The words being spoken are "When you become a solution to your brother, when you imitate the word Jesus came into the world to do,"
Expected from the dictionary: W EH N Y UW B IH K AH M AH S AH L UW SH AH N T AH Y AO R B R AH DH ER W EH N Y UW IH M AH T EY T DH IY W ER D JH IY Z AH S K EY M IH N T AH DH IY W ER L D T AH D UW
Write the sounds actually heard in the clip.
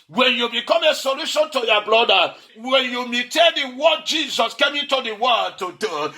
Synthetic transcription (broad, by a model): W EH N Y UW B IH K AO M AH S AH L UW SH AH N T AH Y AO B L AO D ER W EH N Y UW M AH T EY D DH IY W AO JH IY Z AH S K EY M IH N T AH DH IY W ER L T AH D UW